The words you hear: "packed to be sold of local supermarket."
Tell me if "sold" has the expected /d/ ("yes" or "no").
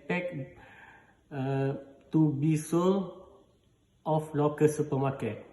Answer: no